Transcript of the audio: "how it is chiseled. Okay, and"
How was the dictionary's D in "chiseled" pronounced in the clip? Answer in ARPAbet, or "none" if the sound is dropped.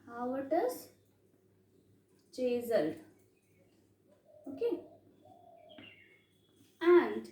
none